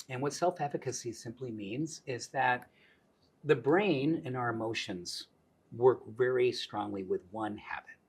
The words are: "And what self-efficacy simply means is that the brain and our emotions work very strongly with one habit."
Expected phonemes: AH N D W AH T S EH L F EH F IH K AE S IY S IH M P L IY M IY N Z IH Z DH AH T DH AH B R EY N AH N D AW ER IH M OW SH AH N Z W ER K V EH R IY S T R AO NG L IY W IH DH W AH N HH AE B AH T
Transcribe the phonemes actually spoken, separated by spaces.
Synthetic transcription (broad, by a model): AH N W AH T S EH L F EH F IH K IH S IY S IH M P L IY M IY N Z IH Z DH AH T DH AH B R EY N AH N AW ER IH M OW SH AH N Z W ER K V EH R IY S T R AO NG L IY W IH DH W AH N HH AE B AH T